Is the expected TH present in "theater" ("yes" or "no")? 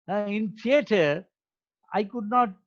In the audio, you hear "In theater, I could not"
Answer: no